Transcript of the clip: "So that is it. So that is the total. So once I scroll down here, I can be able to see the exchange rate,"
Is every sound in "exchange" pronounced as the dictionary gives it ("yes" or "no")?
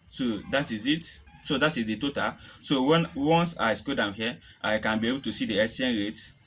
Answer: no